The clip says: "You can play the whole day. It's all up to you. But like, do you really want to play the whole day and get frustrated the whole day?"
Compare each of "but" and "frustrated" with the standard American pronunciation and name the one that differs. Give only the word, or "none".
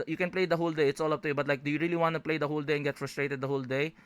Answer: none